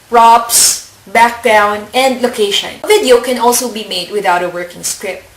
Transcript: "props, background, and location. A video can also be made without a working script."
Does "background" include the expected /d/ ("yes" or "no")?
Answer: no